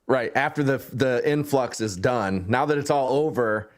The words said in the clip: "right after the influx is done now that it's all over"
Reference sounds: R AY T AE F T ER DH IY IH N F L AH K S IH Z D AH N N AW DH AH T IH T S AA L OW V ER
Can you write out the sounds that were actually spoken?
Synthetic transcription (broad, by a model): R AY T AE F T ER DH IY IH N F L AH K S IH Z D AH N N AW DH AH T IH T S AA L OW V ER